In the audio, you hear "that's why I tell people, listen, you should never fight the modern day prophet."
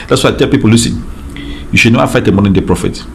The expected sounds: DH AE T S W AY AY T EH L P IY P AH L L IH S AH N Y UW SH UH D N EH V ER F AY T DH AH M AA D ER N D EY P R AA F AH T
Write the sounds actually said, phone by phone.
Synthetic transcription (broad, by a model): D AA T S W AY AY T EH L P IY P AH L L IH S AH N Y UW SH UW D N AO AA F AY T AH M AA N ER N D EY P R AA F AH T